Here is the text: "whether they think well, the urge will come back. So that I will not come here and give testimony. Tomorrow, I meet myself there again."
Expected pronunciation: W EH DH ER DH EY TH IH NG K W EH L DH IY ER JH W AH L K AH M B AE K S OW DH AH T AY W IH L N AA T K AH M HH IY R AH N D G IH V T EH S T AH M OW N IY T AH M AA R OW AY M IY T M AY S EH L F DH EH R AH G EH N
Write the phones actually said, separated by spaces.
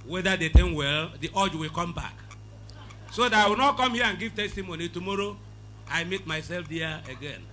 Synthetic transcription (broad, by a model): W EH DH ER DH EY T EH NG W EH L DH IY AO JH W AH L K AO M B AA K S OW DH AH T AY W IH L N AA T K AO M HH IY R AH N G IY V T EH S T AH M OW N IY T AH M AA R OW AY M IY T M AY S EH L F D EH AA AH G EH N